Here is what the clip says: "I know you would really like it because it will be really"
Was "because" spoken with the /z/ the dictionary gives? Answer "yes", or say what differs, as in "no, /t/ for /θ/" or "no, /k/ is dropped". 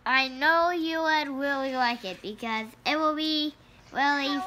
yes